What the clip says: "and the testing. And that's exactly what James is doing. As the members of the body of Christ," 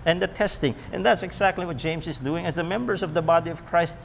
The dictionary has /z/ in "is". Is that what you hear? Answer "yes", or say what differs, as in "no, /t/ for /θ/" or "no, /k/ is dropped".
yes